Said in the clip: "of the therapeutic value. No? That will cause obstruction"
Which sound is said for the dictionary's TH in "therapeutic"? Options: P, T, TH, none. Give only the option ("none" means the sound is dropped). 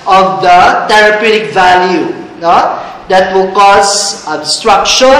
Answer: T